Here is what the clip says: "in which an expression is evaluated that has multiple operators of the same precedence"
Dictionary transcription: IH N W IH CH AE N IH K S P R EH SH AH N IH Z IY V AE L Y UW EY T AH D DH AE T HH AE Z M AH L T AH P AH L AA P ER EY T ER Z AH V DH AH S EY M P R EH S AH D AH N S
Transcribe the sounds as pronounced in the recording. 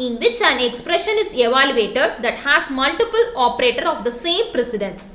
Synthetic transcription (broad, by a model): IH N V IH CH AE N IH K S P R EH SH AH N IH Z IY V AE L Y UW EY T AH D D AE T HH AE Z M AH L T AH P AH L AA P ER EY T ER AH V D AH S EY M P R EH S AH D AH N S